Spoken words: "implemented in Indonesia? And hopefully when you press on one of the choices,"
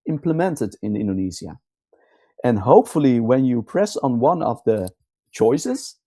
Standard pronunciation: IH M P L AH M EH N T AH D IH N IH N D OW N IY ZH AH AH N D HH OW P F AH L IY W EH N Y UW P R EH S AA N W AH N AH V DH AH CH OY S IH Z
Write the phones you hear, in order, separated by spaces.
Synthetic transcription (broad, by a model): IH M P L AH M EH N T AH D IH N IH N D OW N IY Z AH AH N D HH OW P F AH L IY W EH N Y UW P R EH S N W AH N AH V DH AH CH OY S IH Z